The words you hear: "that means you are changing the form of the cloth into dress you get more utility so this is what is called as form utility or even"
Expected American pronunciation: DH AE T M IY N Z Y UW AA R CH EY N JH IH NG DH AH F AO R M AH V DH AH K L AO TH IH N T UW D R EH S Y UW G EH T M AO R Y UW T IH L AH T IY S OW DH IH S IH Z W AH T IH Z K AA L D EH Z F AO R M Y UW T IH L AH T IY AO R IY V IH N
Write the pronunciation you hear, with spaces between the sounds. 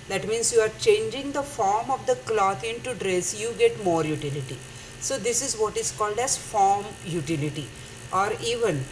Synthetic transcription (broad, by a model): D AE T M IY N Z Y UW AA R CH EY N JH IH NG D AH F AO R M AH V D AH K L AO T IH N T UW D R EH S Y UW G EH T M AO R Y UW T IH L AH T IY S OW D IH S IH Z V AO T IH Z K AA L D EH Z F AO R M Y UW T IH L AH T IY AO R IY V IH N